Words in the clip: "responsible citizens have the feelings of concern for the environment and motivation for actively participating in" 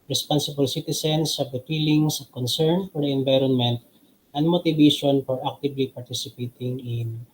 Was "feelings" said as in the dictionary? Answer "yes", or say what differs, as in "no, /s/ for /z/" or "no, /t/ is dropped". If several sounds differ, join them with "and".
no, /s/ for /z/